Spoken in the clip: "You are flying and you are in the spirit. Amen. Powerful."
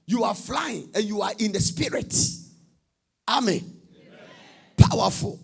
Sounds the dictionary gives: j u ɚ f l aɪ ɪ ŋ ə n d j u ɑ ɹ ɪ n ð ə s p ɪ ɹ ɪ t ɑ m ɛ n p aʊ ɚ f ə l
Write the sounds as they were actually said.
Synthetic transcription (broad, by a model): j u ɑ f l aɪ ɪ ŋ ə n j u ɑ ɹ ɪ n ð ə s p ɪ ɹ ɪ t ɑ m ɛ n p aʊ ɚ f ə l